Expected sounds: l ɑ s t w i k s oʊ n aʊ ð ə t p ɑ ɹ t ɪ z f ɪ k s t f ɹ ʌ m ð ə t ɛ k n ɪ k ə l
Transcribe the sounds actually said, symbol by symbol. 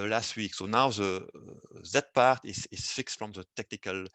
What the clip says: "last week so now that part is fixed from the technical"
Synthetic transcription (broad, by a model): l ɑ s t w i k s oʊ n aʊ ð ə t p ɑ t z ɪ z f ɪ k s t f ɹ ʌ m ð ə t ɛ k n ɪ k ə l